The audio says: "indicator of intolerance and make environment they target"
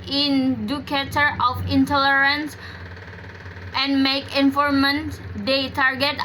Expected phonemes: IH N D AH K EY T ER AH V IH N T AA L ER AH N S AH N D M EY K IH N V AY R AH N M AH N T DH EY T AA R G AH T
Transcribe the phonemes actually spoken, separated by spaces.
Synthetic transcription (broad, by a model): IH N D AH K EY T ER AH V IH N T AA L ER AH N S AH N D M EY K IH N F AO R M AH N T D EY T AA R G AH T